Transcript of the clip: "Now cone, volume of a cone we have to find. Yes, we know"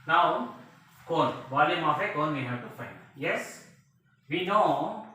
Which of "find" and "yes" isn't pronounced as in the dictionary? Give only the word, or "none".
none